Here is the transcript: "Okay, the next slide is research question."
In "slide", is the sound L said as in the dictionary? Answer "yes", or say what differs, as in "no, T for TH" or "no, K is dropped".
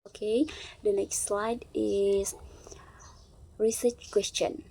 yes